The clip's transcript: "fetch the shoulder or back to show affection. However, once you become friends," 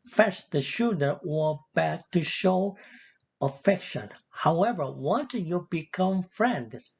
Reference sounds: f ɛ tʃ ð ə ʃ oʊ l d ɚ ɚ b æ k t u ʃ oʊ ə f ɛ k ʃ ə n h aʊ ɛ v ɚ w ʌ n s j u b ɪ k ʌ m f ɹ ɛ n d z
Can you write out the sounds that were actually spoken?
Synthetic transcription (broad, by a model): f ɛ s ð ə ʃ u d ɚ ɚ b æ k t u ʃ oʊ ə f ɛ k ʃ ə n h aʊ ɛ v ɚ w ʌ n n j u b ɪ k ʌ m f ɹ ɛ n d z